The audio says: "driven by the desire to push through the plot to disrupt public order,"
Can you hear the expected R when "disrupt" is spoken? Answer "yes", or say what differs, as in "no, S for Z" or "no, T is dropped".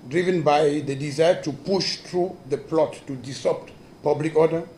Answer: no, R is dropped